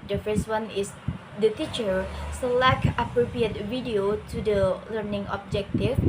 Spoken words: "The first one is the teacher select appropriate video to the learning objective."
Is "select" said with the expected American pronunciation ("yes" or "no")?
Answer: no